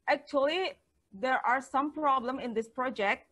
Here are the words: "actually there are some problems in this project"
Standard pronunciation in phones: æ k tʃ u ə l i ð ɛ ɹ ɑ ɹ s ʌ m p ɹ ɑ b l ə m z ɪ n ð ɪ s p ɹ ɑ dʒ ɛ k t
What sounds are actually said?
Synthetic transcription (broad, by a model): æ k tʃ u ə l i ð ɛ ɹ ɑ ɹ s ʌ m p ɹ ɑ b l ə m ɪ n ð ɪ s p ɹ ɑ dʒ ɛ k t